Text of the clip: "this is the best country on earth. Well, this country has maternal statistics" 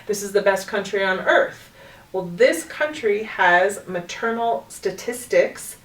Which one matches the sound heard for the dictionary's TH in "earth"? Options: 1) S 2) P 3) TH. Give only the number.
3